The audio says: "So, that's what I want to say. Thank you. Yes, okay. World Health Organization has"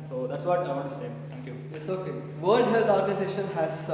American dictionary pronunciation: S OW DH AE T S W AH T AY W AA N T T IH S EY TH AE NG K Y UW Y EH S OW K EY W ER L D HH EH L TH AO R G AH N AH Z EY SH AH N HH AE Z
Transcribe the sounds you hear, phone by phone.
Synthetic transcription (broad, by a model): S OW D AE T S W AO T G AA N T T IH S EY T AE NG K Y UW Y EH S OW K EY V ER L D HH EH L T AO R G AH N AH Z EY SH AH N HH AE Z